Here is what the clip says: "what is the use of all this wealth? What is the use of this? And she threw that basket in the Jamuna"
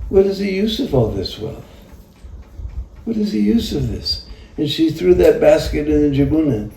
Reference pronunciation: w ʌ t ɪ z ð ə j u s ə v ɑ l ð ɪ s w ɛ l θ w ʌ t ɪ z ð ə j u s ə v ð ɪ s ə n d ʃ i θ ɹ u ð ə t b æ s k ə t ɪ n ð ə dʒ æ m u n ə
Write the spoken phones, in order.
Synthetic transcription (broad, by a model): w ʌ t ɪ z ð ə j u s ə v ɑ l ð ɪ s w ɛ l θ w ʌ t ɪ z ð ə j u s ə v ð ɪ s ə n ʃ i θ ɹ u ð ə t b æ s k ə t ɪ n ð ə dʒ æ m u n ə